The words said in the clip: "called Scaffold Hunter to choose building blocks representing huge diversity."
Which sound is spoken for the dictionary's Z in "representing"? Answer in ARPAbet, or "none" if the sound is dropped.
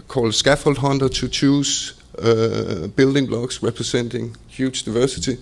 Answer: S